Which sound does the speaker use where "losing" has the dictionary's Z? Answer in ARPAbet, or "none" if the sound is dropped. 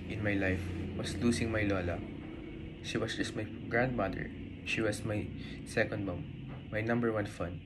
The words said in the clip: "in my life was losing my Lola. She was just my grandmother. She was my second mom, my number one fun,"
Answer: S